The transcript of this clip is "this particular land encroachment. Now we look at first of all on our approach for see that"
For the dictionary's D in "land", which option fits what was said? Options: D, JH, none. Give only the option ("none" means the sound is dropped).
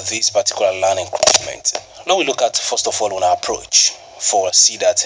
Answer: none